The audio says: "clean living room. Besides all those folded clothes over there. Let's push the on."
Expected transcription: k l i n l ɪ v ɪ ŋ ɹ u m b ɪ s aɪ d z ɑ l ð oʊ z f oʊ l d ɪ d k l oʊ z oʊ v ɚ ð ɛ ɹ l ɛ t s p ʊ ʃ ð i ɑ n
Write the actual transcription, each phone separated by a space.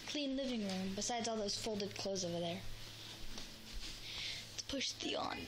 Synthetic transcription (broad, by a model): k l i n l ɪ v ɪ ŋ ɹ u m b ɪ s aɪ d z ɑ l ð oʊ z f oʊ l d ɪ d k l oʊ z oʊ v ɚ ð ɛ ɹ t p ʊ ʃ ð i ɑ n